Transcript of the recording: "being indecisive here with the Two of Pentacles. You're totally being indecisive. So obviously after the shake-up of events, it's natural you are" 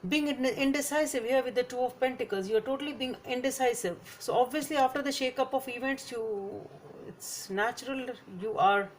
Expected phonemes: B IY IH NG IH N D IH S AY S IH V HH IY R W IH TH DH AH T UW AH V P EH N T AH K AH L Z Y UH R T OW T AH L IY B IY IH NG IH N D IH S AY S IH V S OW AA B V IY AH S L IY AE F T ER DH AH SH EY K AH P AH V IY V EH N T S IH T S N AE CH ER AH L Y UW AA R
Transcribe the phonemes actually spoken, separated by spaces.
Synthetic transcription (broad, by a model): B IY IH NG IH N D IH S AY S IH V HH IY R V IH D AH T UW AH V P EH N T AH K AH L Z Y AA R T OW T AH L IY B IY IH NG IH N D IH S AY S IH V S OW AA B V IY AH S L IY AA F T ER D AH SH EY K AH P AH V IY V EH N T S IH T S N AE CH ER AH L Y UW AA R